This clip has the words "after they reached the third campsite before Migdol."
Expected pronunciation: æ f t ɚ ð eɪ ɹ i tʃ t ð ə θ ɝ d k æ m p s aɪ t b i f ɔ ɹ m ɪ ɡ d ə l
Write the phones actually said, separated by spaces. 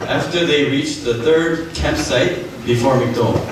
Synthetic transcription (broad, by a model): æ f t ɚ ð eɪ ɹ i tʃ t ð ə θ ɝ d k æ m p s aɪ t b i f ɔ ɹ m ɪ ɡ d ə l